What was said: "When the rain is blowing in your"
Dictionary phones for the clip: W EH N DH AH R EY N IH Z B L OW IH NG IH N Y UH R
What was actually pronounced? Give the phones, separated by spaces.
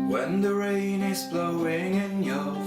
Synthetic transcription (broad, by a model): W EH N DH AH R EY N IH Z B L OW IH NG IH N Y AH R